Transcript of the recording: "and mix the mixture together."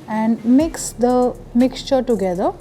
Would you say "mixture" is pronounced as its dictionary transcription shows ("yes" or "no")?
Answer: yes